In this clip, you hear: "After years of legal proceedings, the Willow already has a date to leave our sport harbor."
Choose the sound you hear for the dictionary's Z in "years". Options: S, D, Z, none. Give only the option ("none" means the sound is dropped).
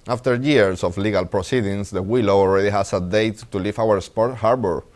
S